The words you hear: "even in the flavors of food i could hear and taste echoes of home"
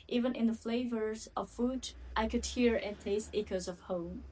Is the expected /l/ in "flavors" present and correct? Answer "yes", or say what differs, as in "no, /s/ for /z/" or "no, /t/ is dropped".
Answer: yes